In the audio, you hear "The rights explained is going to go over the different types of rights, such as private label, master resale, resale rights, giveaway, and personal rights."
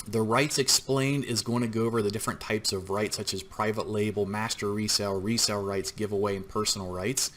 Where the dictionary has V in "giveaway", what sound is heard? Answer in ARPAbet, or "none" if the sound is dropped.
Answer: V